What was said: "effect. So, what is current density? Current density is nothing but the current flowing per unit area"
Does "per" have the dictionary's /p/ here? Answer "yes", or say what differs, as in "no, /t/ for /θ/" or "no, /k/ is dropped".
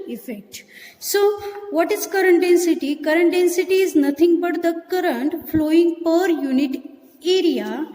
yes